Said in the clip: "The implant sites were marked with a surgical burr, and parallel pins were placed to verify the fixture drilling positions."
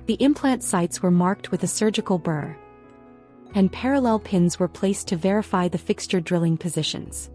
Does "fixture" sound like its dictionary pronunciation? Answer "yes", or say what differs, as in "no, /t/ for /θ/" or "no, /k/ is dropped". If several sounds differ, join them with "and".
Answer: yes